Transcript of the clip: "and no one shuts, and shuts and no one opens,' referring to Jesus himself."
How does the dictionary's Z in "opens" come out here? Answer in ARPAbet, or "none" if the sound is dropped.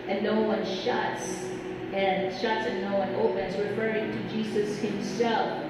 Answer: Z